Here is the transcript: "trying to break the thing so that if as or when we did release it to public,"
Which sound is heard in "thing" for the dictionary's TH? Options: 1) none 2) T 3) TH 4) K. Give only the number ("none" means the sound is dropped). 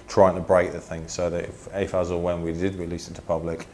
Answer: 3